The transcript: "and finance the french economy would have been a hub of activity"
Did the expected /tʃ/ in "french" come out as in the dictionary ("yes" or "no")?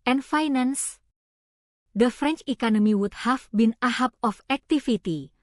yes